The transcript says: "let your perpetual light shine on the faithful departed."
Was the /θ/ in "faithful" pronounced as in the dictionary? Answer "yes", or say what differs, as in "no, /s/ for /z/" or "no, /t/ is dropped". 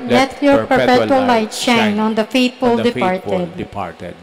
no, /t/ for /θ/